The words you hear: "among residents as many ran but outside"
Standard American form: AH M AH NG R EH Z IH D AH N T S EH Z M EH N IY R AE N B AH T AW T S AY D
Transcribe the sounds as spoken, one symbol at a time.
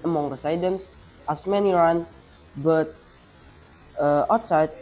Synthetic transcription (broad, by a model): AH M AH NG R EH S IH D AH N S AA S M EH N IY R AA N B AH T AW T S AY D